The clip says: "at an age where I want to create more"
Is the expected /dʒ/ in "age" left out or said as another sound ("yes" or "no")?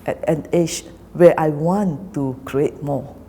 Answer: yes